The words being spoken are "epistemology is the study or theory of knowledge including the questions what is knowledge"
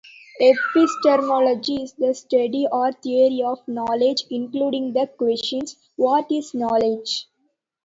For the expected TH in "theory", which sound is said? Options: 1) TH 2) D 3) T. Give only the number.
3